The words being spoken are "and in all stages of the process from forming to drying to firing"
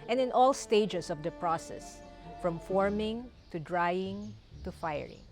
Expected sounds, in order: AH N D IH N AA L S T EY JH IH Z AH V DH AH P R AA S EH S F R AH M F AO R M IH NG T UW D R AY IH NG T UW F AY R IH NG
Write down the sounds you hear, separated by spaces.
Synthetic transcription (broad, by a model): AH N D IH N AA L S T EY JH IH S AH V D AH P R AA S EH S F R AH M F AO R M IH NG T UW D R AY IH NG T UW F AY R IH NG